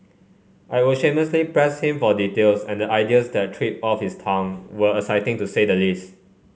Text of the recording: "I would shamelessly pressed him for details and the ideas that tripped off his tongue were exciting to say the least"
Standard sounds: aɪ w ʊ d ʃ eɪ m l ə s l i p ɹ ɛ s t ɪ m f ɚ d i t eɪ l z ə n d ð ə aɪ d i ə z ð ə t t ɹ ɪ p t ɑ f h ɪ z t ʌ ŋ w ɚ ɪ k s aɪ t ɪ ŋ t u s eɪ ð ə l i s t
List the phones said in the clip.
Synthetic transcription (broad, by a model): aɪ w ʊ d ʃ eɪ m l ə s l i p ɹ ɛ s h ɪ m f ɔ d i t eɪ l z ə n d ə aɪ d i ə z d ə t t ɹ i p ɑ f h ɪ s t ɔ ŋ w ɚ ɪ s aɪ t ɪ ŋ t u s eɪ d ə l i s t